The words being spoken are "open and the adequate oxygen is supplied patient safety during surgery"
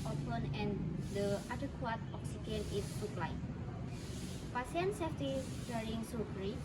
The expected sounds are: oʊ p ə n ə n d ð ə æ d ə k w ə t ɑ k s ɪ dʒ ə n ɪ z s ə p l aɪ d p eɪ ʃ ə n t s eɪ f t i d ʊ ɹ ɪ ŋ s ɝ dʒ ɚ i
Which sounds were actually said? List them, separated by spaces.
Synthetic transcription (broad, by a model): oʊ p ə n ə n d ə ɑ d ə k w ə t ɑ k s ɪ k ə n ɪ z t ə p l aɪ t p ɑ s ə n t s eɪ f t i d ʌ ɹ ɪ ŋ s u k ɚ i